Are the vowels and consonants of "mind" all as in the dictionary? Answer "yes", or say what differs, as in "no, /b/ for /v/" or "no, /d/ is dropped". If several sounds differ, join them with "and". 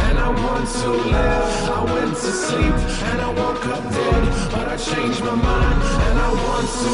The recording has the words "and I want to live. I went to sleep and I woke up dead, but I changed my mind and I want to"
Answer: no, /d/ is dropped